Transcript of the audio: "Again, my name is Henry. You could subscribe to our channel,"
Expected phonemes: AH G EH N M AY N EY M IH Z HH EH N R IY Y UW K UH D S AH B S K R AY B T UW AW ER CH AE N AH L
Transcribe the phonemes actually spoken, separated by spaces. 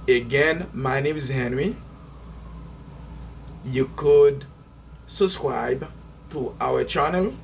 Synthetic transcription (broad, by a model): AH G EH N M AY N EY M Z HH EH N W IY Y UW K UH D S AH B S K R AY B T UW AW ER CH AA N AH L